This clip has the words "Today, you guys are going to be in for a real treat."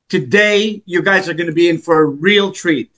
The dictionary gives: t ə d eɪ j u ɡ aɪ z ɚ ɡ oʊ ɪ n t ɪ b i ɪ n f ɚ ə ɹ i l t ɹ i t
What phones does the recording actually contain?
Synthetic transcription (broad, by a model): t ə d eɪ j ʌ ɡ aɪ z ɚ ɡ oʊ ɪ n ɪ b i ɪ n f ɚ ə ɹ i l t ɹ i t